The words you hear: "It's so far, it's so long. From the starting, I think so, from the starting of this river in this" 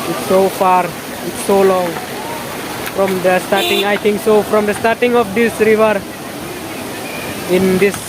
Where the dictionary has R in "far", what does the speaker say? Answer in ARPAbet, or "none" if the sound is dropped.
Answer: R